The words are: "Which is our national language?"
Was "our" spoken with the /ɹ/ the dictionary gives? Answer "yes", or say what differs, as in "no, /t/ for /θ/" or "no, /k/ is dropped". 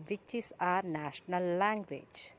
yes